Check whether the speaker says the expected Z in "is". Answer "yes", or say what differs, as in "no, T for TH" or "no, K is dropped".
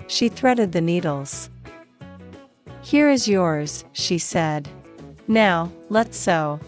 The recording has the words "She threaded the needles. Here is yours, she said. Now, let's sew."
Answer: yes